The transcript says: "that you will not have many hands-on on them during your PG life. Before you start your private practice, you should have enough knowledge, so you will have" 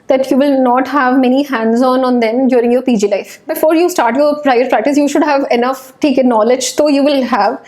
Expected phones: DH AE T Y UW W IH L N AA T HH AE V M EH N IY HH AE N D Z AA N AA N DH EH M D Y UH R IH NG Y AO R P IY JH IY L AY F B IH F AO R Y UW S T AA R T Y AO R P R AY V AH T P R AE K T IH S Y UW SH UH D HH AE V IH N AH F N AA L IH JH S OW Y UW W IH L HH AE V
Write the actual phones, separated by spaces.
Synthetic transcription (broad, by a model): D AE T Y UW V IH L N AA T HH AE V M EH N IY HH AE N D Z AA N AA N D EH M D Y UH R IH NG Y AO R P IY JH IY L AY F B IH F AO R Y UW S T AA R T Y AO R P R AY AH T P R AE K T IH S Y UW SH UH D HH AE V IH N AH F N AA L IH JH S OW Y UW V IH L HH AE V